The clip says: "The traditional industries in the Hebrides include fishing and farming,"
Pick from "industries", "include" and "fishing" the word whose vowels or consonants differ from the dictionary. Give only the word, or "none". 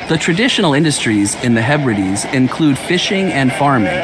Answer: none